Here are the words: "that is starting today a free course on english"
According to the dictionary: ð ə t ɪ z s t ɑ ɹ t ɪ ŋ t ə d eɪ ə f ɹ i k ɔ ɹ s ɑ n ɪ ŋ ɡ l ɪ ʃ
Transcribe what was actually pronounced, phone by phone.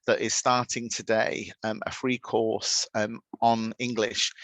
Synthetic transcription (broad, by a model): ð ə t ɪ z s t ɑ t ɪ ŋ t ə d eɪ ə f ɹ i k ɔ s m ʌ n ɪ ŋ ɡ l ɪ ʃ